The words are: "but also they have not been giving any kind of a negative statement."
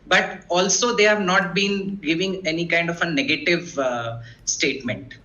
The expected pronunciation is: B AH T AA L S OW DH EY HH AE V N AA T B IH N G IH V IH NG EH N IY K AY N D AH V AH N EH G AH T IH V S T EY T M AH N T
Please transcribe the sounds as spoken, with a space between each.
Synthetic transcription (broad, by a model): B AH T AA L S OW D EY HH AE V N AA T B IH N G IH V IH NG EH N IY K AY N D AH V AH N EH G AH T IH V S T EY T M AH N T